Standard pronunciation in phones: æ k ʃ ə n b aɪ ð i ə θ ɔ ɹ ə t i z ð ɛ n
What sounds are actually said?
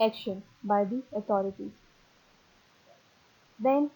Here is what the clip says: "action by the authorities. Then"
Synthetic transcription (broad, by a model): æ k ʃ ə n b aɪ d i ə t ɔ ɹ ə t i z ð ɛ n